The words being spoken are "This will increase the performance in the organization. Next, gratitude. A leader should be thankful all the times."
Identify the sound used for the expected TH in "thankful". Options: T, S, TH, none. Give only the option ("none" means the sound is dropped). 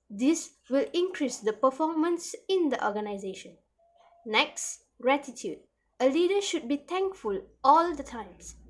T